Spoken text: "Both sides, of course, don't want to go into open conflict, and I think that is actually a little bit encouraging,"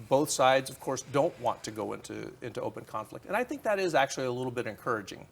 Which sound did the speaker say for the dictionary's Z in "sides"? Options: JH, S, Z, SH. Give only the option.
Z